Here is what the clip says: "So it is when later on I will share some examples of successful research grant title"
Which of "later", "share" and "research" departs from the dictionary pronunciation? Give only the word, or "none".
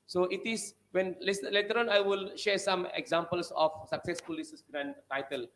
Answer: research